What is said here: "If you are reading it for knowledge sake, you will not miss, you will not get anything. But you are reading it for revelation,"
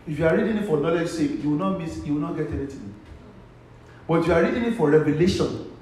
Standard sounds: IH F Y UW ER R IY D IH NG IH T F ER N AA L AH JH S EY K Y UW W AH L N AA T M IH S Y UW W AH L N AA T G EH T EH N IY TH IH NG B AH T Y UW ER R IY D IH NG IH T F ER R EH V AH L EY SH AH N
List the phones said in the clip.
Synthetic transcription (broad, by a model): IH F Y UW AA R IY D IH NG IH T F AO N AA L AH JH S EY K Y UW W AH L N AA T M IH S Y UW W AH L N AA T G EH T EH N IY T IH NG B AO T Y UW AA R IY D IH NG IH T F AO R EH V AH L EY SH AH N